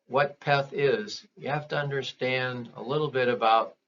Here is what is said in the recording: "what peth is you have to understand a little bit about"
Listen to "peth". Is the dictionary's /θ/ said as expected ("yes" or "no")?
yes